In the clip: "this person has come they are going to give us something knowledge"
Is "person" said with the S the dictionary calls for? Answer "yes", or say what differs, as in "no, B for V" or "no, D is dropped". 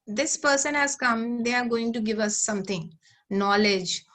yes